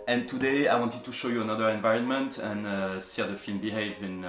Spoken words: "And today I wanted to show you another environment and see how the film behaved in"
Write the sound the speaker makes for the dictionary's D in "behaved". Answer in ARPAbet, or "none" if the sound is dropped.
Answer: none